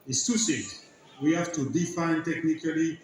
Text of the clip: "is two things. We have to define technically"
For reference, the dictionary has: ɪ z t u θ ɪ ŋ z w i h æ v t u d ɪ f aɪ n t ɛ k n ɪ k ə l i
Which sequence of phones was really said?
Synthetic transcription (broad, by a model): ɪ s t u s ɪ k w i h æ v t u d ɪ f aɪ n t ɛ k n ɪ k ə l i